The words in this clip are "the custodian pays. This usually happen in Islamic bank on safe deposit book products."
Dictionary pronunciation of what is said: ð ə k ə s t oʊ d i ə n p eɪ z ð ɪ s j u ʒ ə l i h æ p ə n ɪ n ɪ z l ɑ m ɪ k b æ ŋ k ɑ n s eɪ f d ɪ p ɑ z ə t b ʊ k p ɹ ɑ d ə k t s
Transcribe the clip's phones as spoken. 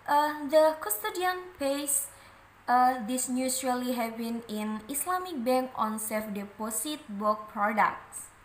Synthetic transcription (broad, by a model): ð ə k ə s t oʊ d i ə n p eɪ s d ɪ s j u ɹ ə l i h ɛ b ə n ɪ n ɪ s l ɑ m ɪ k b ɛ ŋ k ɑ n s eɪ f d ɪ p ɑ s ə t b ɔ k p ɹ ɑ d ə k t s